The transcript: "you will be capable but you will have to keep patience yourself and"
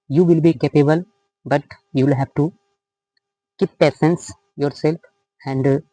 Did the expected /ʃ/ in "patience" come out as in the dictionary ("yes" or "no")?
no